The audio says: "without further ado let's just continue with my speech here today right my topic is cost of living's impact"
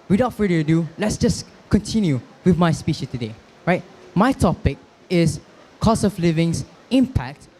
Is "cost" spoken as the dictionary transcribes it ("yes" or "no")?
no